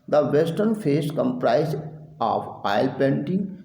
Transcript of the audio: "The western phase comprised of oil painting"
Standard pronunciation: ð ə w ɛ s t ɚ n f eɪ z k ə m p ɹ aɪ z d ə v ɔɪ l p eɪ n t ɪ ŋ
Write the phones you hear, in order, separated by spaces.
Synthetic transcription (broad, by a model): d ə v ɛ s t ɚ n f eɪ s k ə m p ɹ aɪ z ə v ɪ l p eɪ n t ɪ ŋ